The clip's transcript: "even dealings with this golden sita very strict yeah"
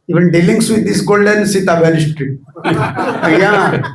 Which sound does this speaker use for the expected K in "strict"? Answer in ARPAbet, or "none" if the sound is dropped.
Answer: none